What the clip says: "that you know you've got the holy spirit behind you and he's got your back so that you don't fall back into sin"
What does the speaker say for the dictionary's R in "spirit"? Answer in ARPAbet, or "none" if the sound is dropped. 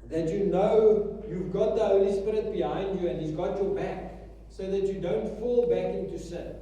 R